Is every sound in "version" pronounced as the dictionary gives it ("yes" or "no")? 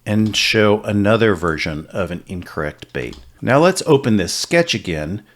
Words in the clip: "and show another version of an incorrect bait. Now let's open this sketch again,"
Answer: yes